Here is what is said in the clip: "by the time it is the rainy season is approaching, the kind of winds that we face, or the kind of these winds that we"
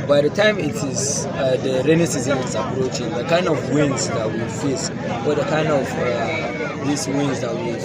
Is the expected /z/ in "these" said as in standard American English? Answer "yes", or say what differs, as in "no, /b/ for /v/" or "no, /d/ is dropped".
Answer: no, /s/ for /z/